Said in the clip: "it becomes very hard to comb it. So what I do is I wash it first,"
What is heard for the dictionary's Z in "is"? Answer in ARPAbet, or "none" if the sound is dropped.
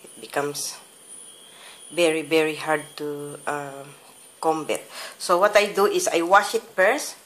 S